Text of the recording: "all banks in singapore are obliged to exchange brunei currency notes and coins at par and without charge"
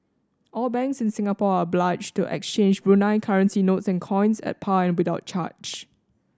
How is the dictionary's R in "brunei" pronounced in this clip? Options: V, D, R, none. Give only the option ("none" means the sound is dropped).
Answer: R